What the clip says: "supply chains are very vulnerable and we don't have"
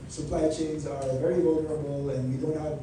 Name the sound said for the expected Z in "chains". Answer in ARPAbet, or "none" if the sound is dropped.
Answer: Z